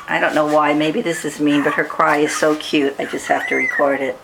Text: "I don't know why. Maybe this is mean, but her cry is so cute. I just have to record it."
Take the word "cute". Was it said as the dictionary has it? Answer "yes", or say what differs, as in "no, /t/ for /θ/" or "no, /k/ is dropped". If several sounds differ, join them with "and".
yes